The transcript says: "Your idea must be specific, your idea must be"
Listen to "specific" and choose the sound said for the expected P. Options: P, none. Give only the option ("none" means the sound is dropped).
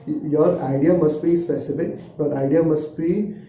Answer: P